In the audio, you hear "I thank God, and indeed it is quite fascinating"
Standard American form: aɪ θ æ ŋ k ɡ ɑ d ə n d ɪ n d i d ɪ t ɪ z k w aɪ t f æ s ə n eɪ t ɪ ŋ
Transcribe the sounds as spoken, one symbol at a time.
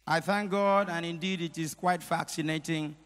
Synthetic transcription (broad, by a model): aɪ θ æ ŋ k ɡ ɑ d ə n ɪ n d i d ɪ t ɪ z k w aɪ t f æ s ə n eɪ t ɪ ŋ